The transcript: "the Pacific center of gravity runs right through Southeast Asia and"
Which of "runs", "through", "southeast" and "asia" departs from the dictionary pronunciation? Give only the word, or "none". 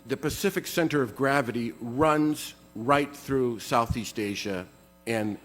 none